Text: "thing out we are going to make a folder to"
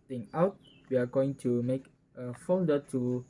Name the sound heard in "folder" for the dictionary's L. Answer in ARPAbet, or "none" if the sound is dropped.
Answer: N